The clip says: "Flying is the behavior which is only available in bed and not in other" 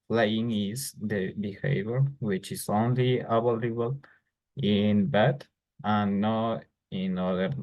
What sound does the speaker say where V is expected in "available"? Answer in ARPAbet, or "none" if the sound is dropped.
B